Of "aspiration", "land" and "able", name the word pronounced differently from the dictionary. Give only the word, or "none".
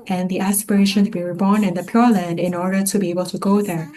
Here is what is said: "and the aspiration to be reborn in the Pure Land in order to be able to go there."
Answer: none